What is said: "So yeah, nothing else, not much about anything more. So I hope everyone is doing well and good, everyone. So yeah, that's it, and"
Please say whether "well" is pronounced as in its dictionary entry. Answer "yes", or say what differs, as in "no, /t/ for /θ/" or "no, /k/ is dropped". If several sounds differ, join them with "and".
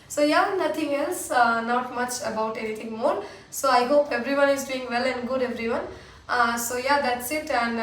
yes